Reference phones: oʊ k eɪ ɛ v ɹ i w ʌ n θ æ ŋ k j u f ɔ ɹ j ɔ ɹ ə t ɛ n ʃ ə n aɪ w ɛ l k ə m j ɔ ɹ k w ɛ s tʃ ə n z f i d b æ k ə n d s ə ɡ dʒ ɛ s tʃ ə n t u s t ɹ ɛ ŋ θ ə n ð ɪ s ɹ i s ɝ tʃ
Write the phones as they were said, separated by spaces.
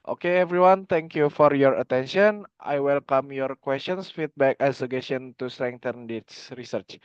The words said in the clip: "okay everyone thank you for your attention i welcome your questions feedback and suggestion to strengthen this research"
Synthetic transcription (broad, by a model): oʊ k eɪ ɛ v ɹ i w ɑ n t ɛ ŋ k j u f ɔ ɹ j ɔ ɹ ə t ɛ n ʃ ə n aɪ w ɛ l k ə m j ɔ ɹ k w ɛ s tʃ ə n s f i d b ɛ k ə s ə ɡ ɛ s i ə n t u s t ɹ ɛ ŋ t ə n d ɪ s ɹ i s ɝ tʃ